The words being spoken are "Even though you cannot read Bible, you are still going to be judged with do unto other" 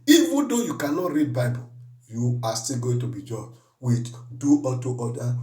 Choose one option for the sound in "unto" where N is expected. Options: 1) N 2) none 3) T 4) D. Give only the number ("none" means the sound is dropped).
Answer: 2